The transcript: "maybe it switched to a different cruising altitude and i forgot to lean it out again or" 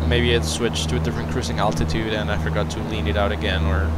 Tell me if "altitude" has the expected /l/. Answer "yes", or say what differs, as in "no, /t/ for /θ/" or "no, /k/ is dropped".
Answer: yes